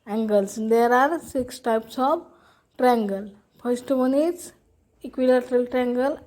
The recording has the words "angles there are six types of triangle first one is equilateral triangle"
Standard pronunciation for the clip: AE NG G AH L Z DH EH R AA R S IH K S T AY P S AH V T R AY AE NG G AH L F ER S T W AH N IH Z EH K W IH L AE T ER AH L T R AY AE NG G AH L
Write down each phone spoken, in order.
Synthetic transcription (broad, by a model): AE NG G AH L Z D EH R AA R S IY K S T AY P S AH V T R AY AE NG G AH L P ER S T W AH N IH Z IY K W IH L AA T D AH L T R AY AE NG G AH L